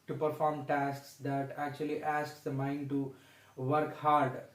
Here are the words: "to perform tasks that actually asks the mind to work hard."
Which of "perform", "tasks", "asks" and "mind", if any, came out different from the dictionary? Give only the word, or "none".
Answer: none